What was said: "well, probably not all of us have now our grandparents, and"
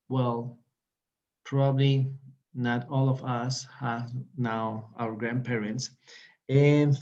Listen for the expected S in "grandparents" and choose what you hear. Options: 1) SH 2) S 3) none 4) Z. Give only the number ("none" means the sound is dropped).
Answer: 2